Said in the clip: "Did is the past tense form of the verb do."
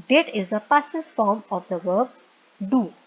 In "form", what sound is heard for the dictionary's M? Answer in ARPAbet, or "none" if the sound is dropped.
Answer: M